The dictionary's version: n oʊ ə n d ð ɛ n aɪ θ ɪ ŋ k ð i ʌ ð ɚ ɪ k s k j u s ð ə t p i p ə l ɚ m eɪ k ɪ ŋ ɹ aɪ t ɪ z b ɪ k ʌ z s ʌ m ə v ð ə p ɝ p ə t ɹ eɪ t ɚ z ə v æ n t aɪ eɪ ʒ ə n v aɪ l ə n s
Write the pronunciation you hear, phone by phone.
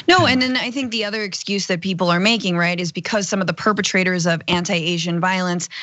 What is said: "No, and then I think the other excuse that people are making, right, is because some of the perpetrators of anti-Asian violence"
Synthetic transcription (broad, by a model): n oʊ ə n ð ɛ n aɪ θ ɪ ŋ k ð i ʌ ð ɚ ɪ k s k j u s ð ə t p i p l ɚ m eɪ k ɪ ŋ ɹ aɪ t ɪ z b ɪ k ʌ z s ʌ m ə v ð ə p ɝ p ə t ɹ eɪ t ɚ z ə v æ n t aɪ eɪ ʒ ə n v aɪ l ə n s